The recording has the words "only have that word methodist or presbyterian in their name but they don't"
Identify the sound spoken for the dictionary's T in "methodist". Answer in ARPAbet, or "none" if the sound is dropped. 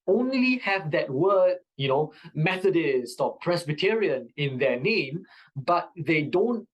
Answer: T